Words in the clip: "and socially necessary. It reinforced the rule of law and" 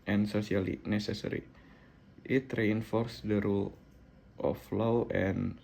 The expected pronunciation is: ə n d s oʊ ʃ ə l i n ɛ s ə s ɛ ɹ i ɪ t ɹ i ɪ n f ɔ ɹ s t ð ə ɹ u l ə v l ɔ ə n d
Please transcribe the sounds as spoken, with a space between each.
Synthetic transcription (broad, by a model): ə n s oʊ s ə l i n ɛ s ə s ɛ ɹ i ɪ t ɹ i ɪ n f ɔ ɹ s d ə ɹ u l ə f l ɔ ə n